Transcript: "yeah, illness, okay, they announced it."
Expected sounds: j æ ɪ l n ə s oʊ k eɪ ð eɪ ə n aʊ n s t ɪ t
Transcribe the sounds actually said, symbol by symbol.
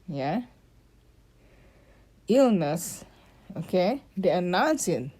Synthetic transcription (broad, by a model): j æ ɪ l n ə s oʊ k eɪ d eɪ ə n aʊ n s ɪ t